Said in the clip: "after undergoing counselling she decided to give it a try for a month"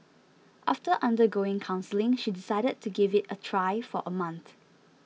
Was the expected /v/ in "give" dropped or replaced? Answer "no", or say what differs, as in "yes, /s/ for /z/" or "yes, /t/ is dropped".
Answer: no